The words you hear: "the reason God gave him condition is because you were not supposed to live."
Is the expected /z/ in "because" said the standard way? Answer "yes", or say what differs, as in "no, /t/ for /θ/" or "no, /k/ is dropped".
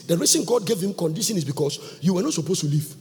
no, /s/ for /z/